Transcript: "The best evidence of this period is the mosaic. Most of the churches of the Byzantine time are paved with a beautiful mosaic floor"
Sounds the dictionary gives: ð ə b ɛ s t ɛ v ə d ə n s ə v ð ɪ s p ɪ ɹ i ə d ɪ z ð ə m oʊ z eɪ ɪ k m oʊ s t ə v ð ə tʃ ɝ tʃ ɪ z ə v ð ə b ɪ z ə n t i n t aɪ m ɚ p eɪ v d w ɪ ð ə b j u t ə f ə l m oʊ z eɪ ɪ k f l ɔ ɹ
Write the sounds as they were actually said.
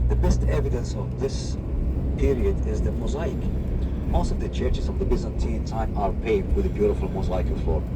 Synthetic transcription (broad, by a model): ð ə b ɛ s t ɛ v ə d ə n s ə v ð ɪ s p ɪ ɹ i ə d ɪ z ð ə m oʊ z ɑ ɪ k m oʊ s t ə v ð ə tʃ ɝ tʃ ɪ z ə v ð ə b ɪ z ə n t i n t aɪ m ɚ p eɪ d w ɪ ð ə b j u t ə f ə l m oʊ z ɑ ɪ k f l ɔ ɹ